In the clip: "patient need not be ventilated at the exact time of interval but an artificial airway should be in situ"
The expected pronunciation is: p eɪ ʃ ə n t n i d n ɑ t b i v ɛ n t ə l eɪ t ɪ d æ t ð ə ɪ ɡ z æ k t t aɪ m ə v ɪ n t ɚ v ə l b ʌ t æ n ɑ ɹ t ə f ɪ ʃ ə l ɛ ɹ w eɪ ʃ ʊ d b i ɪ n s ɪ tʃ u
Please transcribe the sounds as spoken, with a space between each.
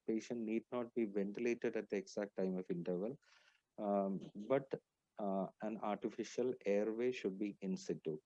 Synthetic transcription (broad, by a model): p eɪ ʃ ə n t n i d n ɑ t b i v ɛ n t ə l eɪ t ɪ d æ t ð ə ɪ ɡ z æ k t t aɪ m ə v ɪ n t ɚ v ə l b ʌ t æ n ɑ ɹ t ə f ɪ ʃ ə l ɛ ɹ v eɪ ʃ ʊ d b i ɪ n s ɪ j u